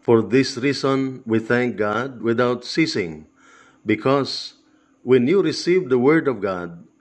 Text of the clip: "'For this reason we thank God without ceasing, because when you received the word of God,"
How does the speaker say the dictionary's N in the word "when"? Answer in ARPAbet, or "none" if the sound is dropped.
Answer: N